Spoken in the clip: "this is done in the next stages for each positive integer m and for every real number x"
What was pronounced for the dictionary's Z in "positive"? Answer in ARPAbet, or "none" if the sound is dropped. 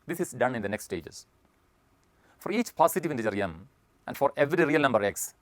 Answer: S